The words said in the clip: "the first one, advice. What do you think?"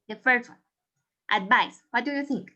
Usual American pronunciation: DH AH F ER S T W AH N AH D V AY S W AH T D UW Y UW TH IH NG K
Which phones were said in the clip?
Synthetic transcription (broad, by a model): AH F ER T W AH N AH D V AY S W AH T D UW Y UW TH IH NG K